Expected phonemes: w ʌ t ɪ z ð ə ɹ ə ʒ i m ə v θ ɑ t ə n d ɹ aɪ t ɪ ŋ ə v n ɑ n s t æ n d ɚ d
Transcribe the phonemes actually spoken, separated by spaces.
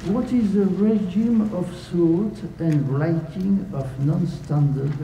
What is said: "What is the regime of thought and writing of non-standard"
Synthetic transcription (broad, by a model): w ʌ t ɪ z ð ə ɹ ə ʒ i m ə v s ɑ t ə n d ɹ aɪ t ɪ ŋ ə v n ɑ n s t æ n d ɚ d